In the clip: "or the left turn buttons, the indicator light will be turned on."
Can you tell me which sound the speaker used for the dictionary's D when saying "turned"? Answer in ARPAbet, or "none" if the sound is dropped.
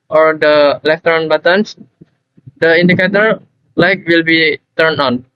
none